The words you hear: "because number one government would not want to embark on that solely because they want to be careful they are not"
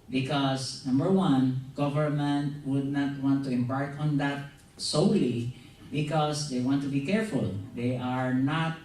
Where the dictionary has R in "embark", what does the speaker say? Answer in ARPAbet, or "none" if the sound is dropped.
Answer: R